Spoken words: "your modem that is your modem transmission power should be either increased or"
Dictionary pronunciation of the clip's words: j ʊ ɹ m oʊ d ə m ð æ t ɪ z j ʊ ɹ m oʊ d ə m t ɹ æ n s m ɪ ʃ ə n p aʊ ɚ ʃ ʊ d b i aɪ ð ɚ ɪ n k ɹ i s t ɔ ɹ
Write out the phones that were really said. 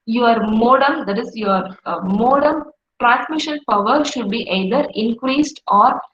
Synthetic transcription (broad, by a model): j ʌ ɹ m oʊ d ə m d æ t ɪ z j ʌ ɹ m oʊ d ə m t ɹ æ n s m ɪ ʃ ə n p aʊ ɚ ʃ ʊ d b i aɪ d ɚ ɪ n k ɹ i s t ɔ ɹ